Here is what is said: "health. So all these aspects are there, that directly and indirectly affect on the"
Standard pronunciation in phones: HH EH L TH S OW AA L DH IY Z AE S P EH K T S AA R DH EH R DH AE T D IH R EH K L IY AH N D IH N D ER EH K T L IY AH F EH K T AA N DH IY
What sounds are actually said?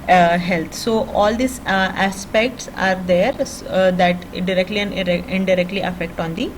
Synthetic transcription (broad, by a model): HH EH L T S OW AA L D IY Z AE S P EH K T S AA R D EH R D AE T D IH R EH K L IY AH N D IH D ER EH K T L IY AH F EH K T AA N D IY